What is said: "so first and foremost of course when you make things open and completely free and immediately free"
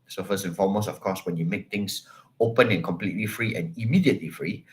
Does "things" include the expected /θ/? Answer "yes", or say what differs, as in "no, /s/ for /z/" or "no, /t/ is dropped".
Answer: no, /t/ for /θ/